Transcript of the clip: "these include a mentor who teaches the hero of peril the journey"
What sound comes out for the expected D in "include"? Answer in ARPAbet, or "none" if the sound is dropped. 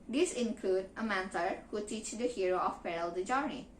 D